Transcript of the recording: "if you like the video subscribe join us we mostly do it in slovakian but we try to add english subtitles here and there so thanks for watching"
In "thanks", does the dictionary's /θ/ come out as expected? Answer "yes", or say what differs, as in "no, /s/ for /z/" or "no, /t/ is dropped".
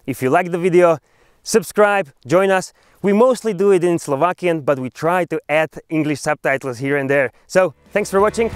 yes